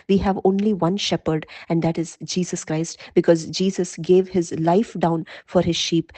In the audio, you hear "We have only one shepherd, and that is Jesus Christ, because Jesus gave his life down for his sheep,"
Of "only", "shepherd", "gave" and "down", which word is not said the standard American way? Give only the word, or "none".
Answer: none